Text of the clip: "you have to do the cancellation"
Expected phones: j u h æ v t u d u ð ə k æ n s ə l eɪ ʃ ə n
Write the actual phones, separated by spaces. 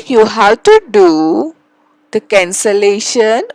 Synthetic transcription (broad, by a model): j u h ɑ w t u d u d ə k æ n s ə l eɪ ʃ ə n